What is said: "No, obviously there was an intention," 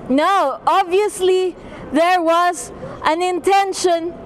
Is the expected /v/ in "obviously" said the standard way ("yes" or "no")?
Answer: yes